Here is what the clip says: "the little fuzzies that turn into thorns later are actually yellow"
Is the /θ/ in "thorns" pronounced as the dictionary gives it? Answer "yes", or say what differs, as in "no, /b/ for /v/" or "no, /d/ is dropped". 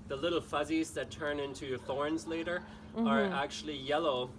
yes